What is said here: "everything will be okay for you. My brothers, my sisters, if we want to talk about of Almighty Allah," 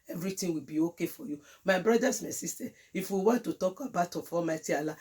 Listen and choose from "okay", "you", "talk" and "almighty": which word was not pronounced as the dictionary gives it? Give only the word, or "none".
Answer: almighty